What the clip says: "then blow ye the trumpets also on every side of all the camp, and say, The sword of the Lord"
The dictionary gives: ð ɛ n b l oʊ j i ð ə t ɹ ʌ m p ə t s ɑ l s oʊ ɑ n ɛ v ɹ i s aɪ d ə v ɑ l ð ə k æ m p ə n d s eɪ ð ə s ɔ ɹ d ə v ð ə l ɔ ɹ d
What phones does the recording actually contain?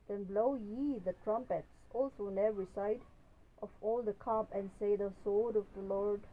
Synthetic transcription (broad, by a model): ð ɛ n b l oʊ j i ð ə t ɹ ʌ m p ə t s ɑ l s oʊ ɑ n ɛ v ɹ i s aɪ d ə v ɑ l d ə k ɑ p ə n s eɪ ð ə s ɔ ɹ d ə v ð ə l ɔ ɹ d